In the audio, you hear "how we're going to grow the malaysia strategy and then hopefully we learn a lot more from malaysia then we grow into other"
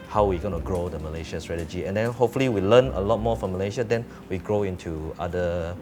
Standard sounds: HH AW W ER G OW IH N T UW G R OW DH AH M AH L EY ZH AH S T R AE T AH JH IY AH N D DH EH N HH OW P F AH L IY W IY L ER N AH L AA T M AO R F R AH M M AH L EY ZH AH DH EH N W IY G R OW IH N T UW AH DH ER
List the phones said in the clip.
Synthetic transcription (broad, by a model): HH AW W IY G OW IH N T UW G R OW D AH M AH L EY SH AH S T R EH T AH JH IY AH N D EH N HH OW P F AH L IY W IY L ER N AH L AA T M AO F R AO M M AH L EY SH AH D EH N W IY G R OW IH N T UW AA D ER